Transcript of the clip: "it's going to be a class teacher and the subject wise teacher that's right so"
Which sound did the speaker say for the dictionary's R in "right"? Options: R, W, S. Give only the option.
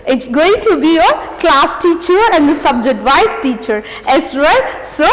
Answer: W